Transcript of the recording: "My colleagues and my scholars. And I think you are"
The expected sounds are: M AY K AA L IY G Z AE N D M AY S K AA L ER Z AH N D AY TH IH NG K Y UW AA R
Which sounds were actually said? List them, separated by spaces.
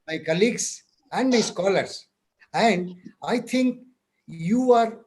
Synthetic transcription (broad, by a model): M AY K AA L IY G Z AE N D M AY S K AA L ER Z AH N D AY T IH NG K Y UW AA R